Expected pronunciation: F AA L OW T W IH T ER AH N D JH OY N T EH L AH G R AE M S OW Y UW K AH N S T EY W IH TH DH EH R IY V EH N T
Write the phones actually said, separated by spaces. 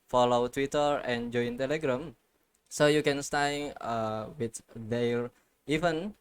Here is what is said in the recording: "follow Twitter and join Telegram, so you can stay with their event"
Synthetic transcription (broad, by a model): F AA L OW T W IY T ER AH N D JH OY N T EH L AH G R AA M S OW Y UW K AH N S T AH W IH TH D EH L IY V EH N